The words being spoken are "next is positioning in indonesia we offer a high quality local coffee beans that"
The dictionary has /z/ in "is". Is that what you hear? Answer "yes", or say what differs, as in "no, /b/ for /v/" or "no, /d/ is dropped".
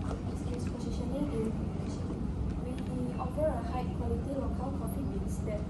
no, /s/ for /z/